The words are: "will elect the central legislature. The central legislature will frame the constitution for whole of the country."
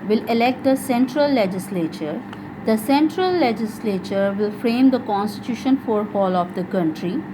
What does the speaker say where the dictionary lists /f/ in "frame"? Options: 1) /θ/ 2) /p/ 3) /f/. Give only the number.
3